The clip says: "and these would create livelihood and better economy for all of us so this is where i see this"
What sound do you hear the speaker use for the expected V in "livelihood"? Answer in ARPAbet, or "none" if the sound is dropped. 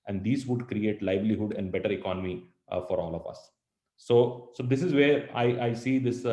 B